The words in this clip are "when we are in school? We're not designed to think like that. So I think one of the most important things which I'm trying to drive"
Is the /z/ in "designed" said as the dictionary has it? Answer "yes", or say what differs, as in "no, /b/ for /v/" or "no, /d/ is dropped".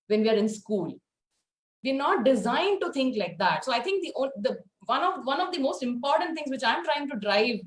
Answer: yes